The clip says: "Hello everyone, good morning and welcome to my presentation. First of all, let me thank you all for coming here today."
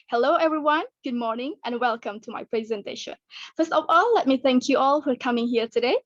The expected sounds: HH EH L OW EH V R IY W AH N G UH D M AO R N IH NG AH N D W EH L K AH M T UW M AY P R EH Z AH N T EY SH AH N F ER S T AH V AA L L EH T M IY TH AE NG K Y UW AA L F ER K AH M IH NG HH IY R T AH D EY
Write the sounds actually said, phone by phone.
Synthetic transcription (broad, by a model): HH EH L OW EH V R IY W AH N G UH D M AO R N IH NG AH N W EH L K AH M T UW M AY P R EH Z AH N T EY SH AH N F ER S T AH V AA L L EH T M IY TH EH NG K Y UW AA L F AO K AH M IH NG HH IY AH T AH D EY